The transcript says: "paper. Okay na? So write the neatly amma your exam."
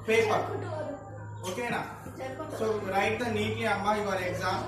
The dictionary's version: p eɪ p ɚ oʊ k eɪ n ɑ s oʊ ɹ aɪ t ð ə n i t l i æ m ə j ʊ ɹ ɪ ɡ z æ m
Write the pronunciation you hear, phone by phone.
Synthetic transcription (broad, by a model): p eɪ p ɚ oʊ k eɪ n ɑ s oʊ ɹ aɪ t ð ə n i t i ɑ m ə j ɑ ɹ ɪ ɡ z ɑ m